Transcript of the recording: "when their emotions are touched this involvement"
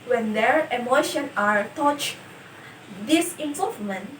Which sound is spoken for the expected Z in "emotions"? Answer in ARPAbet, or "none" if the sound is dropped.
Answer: none